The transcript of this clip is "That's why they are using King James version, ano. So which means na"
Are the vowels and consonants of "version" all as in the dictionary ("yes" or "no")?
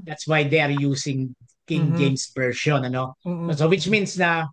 no